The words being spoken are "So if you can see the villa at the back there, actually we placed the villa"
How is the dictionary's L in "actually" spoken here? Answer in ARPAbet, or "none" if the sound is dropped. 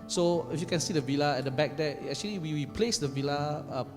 W